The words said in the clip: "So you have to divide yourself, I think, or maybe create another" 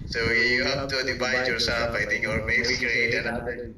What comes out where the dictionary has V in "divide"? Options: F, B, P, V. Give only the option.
B